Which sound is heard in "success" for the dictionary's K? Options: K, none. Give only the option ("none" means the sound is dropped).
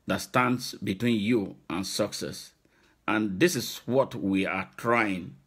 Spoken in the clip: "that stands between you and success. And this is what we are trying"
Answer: K